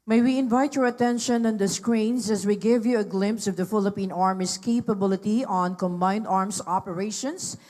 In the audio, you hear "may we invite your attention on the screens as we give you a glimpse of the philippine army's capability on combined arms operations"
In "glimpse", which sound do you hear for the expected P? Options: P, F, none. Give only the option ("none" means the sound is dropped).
P